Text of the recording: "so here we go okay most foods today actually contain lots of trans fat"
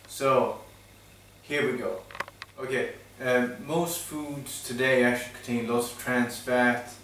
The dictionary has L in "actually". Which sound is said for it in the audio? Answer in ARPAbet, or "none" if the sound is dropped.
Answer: none